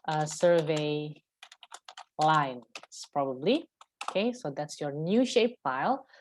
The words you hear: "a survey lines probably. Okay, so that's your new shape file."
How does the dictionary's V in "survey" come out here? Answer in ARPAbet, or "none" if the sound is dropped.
V